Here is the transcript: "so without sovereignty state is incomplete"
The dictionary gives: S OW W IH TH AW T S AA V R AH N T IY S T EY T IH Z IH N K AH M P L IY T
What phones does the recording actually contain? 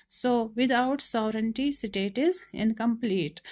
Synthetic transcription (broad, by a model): S OW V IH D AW T S AA V R AH N T IY S T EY T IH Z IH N K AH M P L IY T